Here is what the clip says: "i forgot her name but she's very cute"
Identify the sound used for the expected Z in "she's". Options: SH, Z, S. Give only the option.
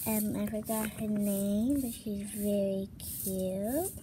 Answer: Z